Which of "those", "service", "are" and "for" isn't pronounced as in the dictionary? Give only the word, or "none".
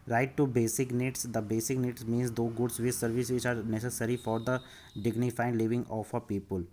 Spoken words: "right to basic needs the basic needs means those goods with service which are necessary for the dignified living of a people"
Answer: those